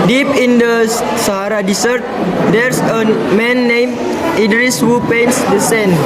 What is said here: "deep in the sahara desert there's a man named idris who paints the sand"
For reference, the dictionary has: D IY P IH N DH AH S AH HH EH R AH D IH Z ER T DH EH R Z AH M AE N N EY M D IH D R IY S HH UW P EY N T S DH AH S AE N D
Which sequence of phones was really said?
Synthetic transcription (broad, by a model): D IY P IH N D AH S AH HH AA R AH D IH S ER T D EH R S AH M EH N N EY M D IH D R IY S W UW P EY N S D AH S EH N